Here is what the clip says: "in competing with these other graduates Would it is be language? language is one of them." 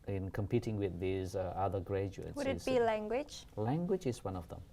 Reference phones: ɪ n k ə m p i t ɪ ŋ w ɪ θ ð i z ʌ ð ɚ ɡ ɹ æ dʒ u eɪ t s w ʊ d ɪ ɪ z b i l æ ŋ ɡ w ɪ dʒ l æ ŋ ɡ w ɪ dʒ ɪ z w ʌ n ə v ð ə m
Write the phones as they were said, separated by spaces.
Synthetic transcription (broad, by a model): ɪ n k ə m p i t ɪ ŋ w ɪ ð i z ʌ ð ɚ ɡ ɹ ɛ dʒ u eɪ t w ʊ d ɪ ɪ b i l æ ŋ ɡ w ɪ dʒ l æ ŋ ɡ w ɪ dʒ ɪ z w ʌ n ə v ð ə m